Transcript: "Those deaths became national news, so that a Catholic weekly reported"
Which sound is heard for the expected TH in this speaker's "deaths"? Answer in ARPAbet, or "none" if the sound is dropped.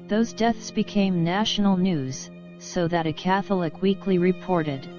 TH